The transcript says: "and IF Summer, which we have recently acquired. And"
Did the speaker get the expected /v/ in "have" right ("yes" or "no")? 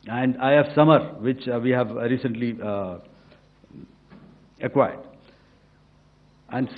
yes